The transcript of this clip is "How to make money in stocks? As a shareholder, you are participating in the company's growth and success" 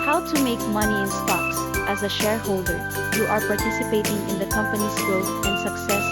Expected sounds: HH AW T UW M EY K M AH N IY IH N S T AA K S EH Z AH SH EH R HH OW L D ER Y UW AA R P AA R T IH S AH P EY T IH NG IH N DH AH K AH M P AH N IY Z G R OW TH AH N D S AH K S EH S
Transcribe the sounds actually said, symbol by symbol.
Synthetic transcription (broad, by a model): HH AW T UW M EY K M AH N IY IH N S T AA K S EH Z AH SH EH R HH OW L D ER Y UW AA R P AA R T IH S AH P EY T IH NG IH N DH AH K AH M P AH N IY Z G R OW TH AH N S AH K S EH S